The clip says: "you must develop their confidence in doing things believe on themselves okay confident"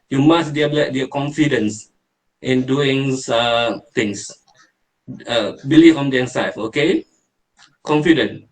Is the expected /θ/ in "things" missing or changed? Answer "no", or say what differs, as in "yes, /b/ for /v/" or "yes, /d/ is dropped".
yes, /t/ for /θ/